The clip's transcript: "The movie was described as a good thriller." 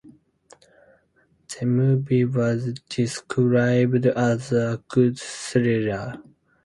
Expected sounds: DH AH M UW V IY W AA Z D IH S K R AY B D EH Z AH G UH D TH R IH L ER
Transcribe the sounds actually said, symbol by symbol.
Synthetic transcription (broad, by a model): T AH M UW B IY W AA Z D IH S K R AY B D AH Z AH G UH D S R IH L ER